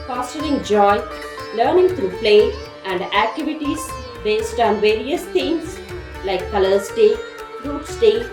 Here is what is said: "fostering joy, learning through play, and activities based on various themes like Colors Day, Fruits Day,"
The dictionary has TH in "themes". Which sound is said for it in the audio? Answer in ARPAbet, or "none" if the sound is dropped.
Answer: T